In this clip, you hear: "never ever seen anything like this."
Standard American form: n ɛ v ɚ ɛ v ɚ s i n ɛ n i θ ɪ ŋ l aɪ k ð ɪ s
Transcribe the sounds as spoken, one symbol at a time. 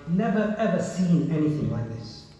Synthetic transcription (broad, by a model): n ɛ v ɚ ɛ v ɚ s i n ɛ n i θ ɪ ŋ l aɪ k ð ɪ s